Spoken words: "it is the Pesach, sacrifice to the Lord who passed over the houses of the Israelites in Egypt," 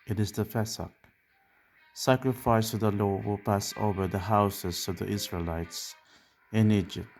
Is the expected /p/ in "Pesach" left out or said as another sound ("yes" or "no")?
yes